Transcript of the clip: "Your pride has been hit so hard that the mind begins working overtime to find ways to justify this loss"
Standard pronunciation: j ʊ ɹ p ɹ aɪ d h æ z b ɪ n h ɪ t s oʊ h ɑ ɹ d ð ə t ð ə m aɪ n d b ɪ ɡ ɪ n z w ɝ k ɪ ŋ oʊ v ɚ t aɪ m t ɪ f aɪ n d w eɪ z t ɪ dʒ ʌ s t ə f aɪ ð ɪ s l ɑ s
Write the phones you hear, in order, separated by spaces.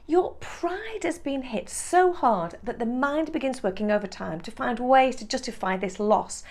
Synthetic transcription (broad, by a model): j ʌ ɹ p ɹ aɪ d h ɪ z b ɪ n h ɪ t s oʊ h ɑ ɹ d ð ə t ð ə m aɪ n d b ɪ ɡ ɪ n z w ɝ k ɪ ŋ oʊ v ɚ t aɪ m t ɪ f aɪ n d w eɪ z t ɪ dʒ ʌ s t ə f aɪ ð ɪ s l ɑ s